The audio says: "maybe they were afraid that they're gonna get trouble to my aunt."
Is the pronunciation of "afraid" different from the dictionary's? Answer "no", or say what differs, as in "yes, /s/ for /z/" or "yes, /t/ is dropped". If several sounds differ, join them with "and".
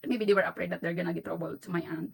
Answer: yes, /p/ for /f/